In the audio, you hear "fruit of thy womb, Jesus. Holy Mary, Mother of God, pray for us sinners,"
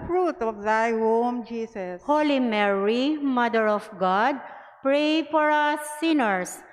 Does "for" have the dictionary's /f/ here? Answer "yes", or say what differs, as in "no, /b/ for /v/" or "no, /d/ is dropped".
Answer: no, /p/ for /f/